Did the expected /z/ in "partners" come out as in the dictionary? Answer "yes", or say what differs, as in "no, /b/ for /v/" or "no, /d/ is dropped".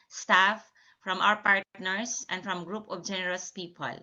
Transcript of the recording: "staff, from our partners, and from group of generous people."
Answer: no, /s/ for /z/